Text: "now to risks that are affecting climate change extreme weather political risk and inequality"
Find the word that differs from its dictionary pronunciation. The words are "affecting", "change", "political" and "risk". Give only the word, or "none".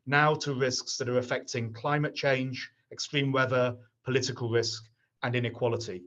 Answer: none